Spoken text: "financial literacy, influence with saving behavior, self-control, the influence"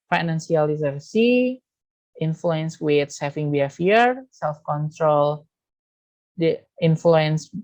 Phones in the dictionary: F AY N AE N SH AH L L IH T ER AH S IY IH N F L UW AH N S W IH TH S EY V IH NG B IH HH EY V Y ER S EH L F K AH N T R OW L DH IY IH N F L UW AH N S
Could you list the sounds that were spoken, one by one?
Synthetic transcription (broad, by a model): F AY N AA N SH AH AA L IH S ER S IY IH N F L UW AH N S W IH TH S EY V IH NG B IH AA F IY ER S EH L F K AH N T R OW L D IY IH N F L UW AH N S